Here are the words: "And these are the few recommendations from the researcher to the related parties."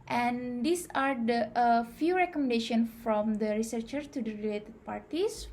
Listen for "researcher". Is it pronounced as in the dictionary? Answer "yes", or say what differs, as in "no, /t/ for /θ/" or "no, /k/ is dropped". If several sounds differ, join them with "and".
yes